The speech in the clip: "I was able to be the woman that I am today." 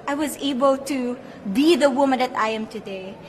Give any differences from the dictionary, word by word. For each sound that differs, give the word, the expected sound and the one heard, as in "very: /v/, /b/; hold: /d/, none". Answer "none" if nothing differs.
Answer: none